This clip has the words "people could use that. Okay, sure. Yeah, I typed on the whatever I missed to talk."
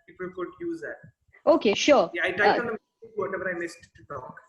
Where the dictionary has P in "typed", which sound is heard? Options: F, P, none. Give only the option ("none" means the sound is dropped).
none